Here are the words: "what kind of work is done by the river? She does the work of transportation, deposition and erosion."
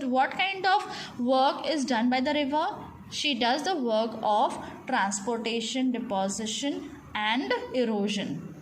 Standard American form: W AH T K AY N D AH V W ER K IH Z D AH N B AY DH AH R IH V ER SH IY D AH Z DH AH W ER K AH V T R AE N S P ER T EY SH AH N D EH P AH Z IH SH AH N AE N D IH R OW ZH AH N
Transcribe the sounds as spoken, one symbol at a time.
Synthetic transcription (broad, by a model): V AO T K AY N D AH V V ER K IH Z D AH N B AY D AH R IH V ER SH IY D AH Z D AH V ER K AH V T R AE N S P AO T EY SH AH N D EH P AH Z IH SH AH N AE N D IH R OW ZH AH N